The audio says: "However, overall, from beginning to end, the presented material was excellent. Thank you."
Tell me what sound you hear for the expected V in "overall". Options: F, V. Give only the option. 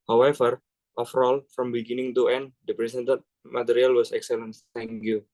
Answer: F